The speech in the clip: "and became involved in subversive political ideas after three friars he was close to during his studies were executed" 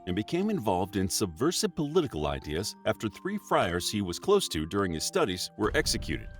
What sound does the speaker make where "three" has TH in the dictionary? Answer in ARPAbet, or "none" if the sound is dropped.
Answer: TH